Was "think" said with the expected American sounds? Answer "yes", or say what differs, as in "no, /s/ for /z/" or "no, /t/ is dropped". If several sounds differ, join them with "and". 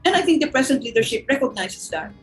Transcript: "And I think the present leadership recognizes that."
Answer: no, /t/ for /θ/